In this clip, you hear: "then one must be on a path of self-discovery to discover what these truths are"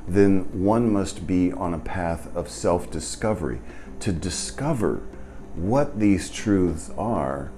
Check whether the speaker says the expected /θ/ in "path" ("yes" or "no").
yes